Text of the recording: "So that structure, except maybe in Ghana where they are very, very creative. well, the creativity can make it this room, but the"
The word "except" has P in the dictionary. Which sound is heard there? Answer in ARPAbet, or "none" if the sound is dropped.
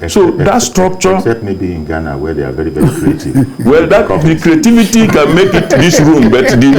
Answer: none